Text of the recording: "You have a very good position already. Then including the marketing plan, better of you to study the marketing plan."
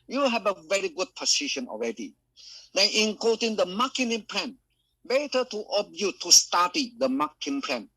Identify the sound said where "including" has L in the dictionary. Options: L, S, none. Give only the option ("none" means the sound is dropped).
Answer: none